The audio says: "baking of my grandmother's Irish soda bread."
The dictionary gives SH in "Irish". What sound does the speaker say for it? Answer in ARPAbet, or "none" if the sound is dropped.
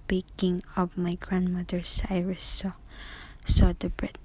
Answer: S